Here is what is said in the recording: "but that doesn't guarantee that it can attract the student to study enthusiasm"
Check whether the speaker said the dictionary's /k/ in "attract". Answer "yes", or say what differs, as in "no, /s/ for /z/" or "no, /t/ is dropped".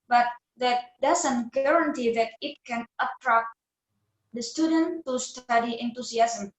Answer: yes